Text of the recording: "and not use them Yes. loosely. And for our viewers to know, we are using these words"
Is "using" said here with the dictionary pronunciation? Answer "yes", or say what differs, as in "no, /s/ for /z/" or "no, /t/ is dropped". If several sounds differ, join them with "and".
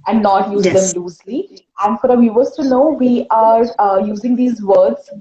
yes